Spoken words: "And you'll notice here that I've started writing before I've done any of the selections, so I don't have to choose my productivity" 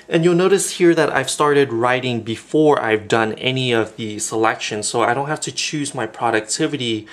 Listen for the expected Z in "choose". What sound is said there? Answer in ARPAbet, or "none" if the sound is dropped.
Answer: Z